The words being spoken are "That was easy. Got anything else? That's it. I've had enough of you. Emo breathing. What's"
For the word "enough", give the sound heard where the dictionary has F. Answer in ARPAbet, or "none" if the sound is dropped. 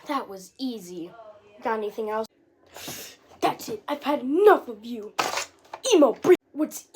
F